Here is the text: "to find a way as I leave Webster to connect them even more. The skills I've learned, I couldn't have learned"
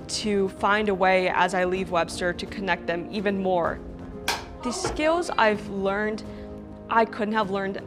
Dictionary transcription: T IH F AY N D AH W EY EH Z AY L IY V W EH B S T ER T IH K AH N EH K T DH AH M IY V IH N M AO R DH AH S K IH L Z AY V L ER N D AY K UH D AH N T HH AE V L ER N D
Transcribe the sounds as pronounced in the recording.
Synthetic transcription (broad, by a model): T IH F AY N D AH W EY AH Z AY L IY V W EH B S T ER T IH K AH N EH K T DH AH M IY V IH N M AO R DH AH S K IH L Z AY V L ER N D AY K UH D N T HH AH V L ER N D